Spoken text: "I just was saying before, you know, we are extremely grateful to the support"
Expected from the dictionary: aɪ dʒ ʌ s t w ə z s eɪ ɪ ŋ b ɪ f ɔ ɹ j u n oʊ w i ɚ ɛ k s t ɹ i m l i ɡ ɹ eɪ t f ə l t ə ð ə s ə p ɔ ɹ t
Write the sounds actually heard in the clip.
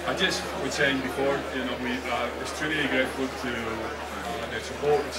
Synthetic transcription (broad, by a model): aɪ dʒ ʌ s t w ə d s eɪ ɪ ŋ b ɪ f ɔ ɹ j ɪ n oʊ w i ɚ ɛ s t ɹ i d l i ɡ ɹ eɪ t f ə l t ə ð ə s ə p ɔ ɹ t